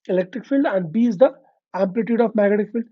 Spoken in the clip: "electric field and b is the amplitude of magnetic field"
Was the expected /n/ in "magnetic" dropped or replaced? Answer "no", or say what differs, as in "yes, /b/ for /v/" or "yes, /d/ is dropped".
yes, /n/ is dropped